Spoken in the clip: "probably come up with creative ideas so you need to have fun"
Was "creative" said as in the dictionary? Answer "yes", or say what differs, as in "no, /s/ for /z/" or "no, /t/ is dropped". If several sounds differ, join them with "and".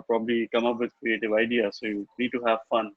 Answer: yes